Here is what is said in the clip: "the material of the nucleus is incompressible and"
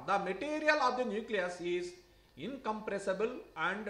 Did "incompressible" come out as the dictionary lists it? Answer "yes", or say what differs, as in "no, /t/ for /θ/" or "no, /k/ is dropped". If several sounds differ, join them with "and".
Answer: yes